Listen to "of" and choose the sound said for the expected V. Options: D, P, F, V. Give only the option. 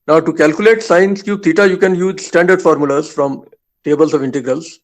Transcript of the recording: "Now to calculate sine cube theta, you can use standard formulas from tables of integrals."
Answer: V